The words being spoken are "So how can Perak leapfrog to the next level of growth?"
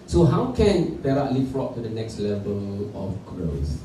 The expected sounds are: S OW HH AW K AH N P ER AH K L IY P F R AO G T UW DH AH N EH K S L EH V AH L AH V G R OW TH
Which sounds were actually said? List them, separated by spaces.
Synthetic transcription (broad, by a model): S OW HH AW K AH N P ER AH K L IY F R AO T T UW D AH N EH K S L EH V AH L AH F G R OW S